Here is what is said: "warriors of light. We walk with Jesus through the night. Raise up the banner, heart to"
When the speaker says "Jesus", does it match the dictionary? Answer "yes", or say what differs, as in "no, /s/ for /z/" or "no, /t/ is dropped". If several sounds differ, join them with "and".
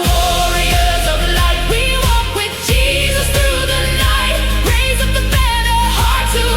yes